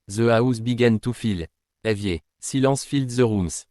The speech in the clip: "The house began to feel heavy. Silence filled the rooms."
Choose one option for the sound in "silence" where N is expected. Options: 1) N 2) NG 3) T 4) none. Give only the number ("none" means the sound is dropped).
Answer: 4